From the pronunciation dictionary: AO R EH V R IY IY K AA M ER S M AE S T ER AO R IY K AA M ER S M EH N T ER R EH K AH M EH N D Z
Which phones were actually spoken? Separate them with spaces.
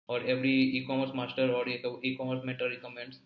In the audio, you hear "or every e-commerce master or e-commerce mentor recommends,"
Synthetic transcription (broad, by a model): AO R EH V R IY IY K AA M ER S M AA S T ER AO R IY K AA M ER S M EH T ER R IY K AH M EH N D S